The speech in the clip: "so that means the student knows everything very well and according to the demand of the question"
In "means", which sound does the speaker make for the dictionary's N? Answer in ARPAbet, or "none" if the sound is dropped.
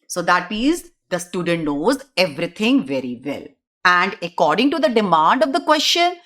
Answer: none